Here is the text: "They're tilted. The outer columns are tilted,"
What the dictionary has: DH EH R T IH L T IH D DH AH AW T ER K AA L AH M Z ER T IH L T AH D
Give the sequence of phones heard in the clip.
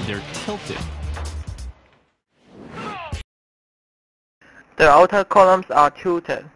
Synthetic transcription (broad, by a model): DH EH R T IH L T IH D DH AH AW T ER K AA L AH M S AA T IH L T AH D